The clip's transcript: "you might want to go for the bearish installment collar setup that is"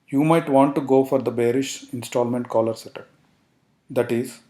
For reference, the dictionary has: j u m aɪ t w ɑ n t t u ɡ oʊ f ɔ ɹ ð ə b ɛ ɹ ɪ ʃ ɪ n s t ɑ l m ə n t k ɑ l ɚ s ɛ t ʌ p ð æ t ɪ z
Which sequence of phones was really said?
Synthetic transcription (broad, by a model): j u m aɪ t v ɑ n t t u ɡ oʊ f ɔ ɹ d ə b ɛ ɹ ɪ ʃ ɪ n s t ɑ l m ə n t k ɑ l ɚ s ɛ t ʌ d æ t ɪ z